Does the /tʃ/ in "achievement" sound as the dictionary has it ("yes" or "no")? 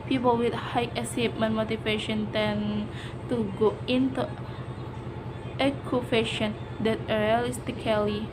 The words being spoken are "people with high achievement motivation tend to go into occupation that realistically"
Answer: no